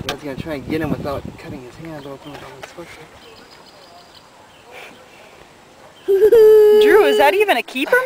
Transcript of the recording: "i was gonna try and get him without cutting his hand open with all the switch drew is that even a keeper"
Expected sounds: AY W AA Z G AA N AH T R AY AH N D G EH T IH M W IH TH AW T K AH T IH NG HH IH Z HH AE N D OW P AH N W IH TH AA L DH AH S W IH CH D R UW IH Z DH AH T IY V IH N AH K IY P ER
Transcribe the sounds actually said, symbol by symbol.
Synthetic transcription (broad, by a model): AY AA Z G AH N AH T R AY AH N G EH T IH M W IH TH AW T K AH T IH NG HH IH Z HH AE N OW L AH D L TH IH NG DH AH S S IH D R UW IH Z DH AH T IY V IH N AH K IY P ER